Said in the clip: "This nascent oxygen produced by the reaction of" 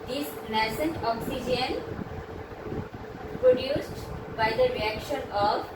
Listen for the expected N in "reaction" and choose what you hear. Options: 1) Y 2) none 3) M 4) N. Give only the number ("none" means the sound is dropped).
4